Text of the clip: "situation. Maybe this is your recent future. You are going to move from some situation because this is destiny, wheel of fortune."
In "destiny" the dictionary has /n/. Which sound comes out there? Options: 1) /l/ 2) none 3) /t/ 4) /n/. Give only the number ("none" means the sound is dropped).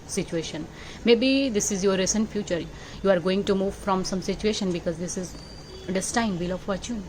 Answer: 2